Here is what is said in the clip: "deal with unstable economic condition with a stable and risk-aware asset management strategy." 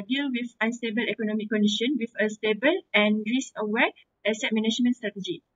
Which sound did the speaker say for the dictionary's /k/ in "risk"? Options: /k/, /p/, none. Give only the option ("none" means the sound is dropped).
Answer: none